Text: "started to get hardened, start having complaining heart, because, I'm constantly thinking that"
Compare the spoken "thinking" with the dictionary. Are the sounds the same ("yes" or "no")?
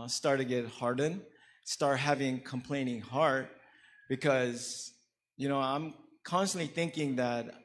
yes